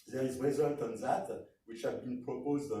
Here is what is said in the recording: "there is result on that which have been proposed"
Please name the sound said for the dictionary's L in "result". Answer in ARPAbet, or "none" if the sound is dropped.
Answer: L